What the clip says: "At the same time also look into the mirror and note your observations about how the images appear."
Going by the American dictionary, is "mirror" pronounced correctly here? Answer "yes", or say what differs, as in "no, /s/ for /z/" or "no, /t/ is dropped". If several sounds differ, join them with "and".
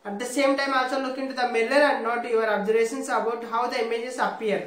no, /l/ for /ɹ/